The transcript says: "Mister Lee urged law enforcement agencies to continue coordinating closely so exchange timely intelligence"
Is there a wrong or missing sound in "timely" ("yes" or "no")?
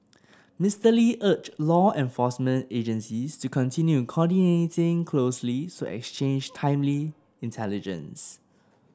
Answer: no